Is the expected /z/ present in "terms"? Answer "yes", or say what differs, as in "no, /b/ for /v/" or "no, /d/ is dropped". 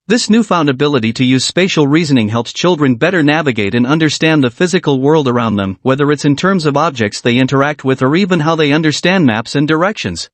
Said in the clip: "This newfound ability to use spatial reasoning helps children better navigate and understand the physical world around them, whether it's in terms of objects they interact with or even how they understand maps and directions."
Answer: yes